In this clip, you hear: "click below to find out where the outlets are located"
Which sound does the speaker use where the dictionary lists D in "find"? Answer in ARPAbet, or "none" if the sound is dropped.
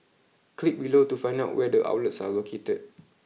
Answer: none